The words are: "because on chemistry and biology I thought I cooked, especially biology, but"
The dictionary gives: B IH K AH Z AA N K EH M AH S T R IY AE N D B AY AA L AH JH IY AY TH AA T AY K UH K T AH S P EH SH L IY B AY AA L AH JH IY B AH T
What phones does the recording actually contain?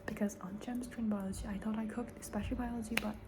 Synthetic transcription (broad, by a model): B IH K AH Z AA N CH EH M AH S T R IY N B AY AA L AH JH IY AY TH AA T AY K UH K T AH S P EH SH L B AY AA L AH JH IY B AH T